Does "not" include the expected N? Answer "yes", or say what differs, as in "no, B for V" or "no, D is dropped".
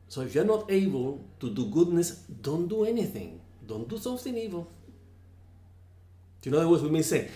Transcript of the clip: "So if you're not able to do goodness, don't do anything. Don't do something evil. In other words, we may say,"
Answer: yes